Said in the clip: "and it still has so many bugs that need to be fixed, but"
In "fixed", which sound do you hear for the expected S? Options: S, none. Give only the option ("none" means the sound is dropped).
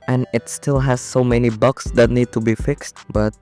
S